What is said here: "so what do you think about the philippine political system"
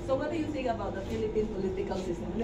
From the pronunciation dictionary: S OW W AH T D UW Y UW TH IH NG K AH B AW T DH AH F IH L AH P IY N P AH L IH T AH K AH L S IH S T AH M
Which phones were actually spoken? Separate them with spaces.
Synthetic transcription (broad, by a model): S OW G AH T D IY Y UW S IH K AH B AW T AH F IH L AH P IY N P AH L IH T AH K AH L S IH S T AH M